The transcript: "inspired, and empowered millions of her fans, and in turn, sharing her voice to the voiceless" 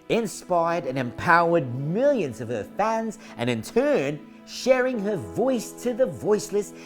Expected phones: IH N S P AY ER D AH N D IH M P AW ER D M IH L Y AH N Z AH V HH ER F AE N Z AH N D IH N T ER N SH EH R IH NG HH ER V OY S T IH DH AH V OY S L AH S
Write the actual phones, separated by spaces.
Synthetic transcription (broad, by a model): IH N S P AY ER D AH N IH M P AW ER D M IH L Y AH N Z AH V ER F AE N Z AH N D IH N T ER N SH EH R IH NG ER V OY S T IH DH AH V OY S L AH S